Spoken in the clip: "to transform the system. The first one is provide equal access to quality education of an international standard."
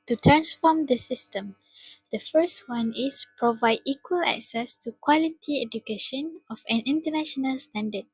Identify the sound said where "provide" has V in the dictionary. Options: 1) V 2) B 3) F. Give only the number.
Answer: 1